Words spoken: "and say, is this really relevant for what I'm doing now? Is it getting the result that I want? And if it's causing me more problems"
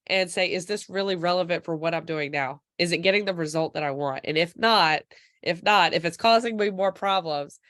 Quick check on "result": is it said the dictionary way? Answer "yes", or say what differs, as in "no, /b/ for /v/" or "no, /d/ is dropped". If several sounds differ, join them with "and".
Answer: yes